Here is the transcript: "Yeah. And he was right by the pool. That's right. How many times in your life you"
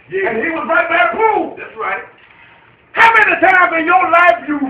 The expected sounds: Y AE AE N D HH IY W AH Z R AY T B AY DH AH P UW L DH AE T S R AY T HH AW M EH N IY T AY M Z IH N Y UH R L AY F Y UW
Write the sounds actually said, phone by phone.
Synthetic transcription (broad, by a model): Y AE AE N HH IY W AH Z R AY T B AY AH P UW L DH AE T S R AY T HH AW M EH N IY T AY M IH N Y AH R L AY F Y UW